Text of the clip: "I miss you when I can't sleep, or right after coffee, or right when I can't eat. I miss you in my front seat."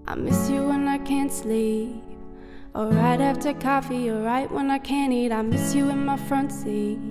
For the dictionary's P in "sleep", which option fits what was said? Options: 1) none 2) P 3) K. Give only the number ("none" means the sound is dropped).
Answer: 1